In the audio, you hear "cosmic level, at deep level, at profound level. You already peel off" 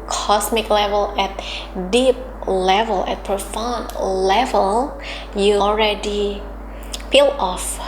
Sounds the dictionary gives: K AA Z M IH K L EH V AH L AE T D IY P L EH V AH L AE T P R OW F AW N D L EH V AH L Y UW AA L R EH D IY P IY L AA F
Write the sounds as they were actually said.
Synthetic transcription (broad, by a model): K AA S M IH K L EH V AH L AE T D IY P L EH V AH L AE T P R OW F AW N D L EH V AH L Y UW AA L R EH D IY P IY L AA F